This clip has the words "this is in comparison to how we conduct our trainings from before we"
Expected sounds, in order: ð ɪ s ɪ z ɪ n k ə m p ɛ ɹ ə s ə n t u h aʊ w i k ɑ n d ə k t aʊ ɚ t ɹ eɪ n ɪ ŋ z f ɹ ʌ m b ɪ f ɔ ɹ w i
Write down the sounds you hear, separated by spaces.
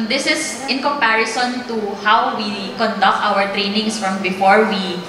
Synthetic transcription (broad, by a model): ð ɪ s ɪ s ɪ n k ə m p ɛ ɹ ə s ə n t u h aʊ w i k ɑ n d ə k t aʊ ɚ t ɹ eɪ n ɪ ŋ s f ɹ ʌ m b ɪ f ɔ ɹ w i